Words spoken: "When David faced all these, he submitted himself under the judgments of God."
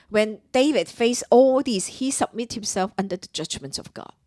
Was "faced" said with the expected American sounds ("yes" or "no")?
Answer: no